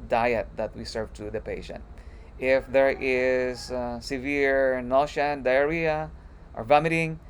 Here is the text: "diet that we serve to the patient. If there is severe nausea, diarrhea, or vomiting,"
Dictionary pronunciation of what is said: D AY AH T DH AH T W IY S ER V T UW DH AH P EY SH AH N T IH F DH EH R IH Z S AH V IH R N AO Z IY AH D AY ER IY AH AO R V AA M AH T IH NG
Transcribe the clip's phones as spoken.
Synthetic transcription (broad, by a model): D AY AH T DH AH T W IY S ER V T UW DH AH P EY SH AH N T IH F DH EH R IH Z S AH V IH R N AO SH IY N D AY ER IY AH AO R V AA M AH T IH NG